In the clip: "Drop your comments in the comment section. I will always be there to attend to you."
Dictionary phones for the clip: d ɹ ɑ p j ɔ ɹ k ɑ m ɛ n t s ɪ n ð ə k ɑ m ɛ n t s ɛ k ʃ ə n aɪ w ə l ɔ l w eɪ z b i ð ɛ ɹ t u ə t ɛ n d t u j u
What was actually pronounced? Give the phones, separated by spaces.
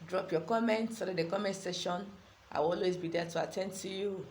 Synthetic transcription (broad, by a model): d ɹ ɑ p j ɔ k ɑ m ɛ n t s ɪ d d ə k ɑ m ɛ n t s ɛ ʃ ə n aɪ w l ɔ l w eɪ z b i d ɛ t u ə t ɛ n d t u j u